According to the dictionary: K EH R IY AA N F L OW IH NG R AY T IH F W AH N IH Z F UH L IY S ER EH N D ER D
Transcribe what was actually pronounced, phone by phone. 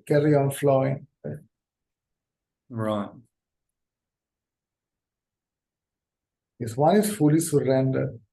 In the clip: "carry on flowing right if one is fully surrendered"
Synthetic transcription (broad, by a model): K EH R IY AA N F L OW IH NG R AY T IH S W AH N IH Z F UH L IY S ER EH N D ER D